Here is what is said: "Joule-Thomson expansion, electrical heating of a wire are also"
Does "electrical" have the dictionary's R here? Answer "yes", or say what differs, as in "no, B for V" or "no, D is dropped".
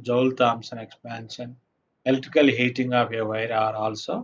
no, R is dropped